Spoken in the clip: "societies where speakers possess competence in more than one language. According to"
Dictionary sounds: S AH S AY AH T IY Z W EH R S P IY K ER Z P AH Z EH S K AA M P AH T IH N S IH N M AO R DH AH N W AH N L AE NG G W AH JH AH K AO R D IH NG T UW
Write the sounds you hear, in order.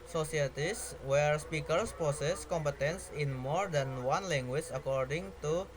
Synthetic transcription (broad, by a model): S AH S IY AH T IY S W EH R S P IY K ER S P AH S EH S K AA M P AH T IH N S IH N M AO R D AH N W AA N L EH NG G W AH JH AH K AO R D IH NG T UW